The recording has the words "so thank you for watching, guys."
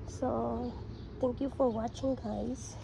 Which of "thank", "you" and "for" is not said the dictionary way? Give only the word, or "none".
thank